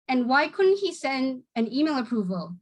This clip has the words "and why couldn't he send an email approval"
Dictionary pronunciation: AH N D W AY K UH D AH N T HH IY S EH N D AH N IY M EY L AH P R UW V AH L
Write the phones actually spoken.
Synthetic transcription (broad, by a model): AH N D W AY K UH D N T HH IY S EH N D AH N IY M EY L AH P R UW V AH L